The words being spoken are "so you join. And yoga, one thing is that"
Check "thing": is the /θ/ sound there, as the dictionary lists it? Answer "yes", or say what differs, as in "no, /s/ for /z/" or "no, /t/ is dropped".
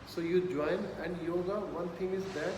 no, /t/ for /θ/